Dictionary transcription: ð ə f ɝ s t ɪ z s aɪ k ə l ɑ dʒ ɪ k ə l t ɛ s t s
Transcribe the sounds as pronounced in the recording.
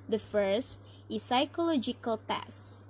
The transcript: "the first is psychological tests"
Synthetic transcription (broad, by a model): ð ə f ɝ s t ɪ s aɪ k ə l ɑ dʒ ɪ k ə l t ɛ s s